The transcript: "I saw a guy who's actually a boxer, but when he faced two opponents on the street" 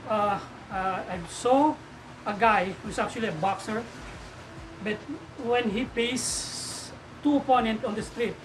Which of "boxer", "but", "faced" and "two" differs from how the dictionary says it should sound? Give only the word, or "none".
faced